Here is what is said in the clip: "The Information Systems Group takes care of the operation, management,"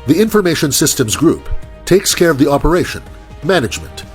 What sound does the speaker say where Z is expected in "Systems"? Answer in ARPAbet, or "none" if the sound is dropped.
Z